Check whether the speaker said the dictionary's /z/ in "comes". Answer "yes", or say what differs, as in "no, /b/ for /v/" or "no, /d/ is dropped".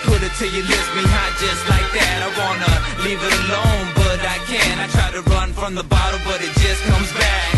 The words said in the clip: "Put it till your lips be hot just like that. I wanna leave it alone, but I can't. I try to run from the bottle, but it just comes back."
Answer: yes